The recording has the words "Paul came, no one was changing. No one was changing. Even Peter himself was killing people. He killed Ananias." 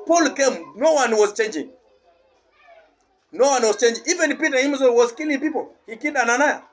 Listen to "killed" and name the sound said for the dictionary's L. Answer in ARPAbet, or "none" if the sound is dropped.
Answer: none